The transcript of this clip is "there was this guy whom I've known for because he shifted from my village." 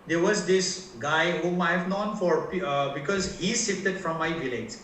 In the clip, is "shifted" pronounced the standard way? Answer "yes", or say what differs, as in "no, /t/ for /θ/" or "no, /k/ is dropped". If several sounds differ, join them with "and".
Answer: no, /s/ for /ʃ/ and /f/ is dropped